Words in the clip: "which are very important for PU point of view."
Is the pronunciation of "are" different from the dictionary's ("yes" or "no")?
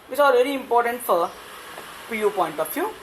yes